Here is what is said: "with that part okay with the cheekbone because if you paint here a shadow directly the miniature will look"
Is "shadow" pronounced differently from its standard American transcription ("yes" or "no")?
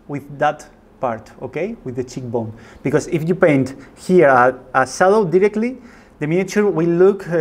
yes